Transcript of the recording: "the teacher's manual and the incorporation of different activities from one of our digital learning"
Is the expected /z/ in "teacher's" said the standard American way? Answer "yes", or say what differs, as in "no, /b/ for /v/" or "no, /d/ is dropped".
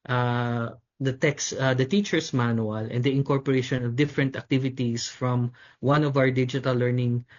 no, /s/ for /z/